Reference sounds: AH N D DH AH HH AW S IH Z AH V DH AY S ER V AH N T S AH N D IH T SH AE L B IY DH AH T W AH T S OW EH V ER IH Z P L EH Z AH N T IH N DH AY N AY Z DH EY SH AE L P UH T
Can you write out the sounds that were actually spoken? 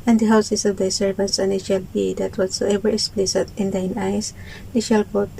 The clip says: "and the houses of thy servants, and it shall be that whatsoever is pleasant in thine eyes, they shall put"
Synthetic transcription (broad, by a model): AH N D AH HH AW S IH S AH V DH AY S ER V AH N T S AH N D IH T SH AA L B IY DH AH T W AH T S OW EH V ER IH S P L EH S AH T IH N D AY N AY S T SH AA L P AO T